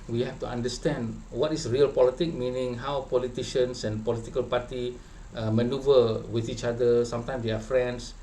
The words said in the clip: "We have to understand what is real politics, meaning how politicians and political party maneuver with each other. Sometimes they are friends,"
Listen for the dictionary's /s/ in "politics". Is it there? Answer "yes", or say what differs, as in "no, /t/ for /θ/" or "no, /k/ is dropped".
no, /s/ is dropped